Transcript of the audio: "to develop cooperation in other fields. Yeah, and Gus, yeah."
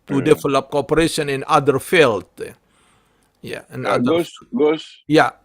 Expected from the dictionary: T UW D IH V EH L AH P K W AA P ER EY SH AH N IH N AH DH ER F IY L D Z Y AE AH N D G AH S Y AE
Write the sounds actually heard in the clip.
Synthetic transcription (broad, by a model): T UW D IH F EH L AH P K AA P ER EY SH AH N IH N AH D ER F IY L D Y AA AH N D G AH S Y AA